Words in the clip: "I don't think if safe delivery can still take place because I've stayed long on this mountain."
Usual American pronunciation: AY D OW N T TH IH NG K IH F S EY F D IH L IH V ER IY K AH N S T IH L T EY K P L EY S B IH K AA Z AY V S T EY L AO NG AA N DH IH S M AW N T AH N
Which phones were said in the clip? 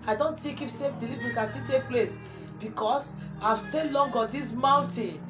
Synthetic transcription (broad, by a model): AY D OW N T T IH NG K IH F S EY F D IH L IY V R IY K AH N S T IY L T EY K P L EY S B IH K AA S AY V S T EY L AO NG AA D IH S M AW N T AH N